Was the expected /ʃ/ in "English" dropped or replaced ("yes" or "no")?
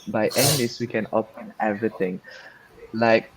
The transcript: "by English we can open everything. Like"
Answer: yes